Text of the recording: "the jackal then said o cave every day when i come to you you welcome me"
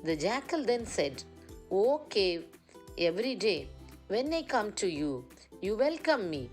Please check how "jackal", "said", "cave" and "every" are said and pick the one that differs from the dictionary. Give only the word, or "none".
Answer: cave